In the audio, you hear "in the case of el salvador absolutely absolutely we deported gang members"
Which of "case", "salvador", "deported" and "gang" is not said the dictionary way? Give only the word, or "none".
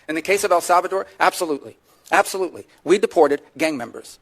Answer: none